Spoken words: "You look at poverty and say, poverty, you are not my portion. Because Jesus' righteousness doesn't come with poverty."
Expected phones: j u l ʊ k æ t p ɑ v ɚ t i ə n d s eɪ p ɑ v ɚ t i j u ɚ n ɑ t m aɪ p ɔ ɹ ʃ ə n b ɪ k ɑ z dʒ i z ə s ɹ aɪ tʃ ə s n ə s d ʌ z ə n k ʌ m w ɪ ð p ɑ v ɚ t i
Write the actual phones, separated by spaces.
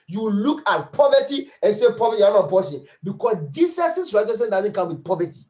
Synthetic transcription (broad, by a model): j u l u k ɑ t p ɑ v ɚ t i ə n s eɪ p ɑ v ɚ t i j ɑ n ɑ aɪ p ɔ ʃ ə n b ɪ k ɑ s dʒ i s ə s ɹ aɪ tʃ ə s ə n d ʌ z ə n k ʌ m w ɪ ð p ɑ v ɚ t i